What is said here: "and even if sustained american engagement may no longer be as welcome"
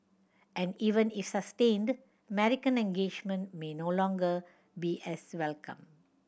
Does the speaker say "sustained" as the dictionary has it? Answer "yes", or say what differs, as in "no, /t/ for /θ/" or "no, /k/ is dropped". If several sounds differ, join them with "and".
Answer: yes